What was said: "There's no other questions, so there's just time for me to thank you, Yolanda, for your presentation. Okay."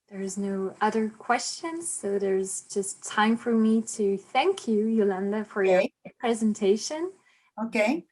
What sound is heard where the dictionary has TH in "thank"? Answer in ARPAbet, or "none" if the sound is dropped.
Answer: TH